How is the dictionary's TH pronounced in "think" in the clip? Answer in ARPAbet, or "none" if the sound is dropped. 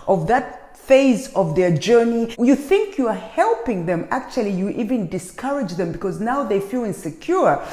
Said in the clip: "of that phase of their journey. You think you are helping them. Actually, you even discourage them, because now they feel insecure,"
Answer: TH